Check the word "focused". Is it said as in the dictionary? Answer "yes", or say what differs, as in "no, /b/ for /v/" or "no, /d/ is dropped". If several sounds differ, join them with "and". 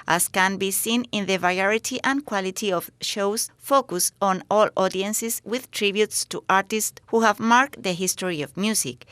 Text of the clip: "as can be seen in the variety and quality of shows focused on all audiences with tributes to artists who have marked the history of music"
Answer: no, /t/ is dropped